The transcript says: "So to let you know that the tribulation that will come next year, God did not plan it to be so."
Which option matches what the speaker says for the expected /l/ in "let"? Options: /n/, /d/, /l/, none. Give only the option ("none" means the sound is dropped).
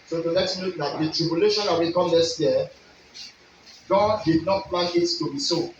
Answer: /n/